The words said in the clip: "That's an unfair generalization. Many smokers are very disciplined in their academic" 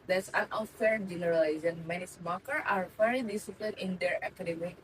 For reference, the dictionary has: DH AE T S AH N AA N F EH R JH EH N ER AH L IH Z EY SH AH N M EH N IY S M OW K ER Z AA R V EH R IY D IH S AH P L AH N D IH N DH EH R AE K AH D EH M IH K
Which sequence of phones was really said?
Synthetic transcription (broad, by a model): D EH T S AH N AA F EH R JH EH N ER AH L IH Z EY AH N M EH N IY S M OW K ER AA R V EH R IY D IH S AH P L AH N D IH N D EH R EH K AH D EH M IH